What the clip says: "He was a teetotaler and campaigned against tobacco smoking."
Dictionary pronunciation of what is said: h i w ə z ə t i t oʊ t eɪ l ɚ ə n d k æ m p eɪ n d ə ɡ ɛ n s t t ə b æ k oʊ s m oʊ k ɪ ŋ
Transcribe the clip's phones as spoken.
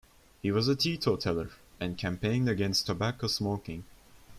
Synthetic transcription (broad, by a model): h i w ə z ə t i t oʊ t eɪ l ɚ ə n k æ m p eɪ n d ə ɡ ɛ n s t t ə b æ k oʊ s m oʊ k ɪ ŋ